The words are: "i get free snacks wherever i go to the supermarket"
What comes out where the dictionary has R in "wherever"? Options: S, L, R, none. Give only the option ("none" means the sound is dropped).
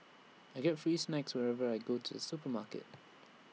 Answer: R